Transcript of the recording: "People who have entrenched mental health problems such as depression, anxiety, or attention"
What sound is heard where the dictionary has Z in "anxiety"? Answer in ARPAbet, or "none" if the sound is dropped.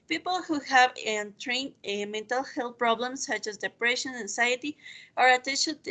S